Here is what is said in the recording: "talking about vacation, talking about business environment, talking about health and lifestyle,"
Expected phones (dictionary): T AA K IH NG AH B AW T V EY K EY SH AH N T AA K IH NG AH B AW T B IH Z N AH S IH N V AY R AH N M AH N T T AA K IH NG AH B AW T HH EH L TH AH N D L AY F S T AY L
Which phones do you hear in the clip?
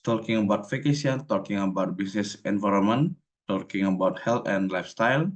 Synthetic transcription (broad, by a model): T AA K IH NG AH B AW T F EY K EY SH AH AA T AA K IH NG AH B AW T B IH S N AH S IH N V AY R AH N M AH N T T AA K IH NG AH B AW T HH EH L T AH N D L AY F S T AY L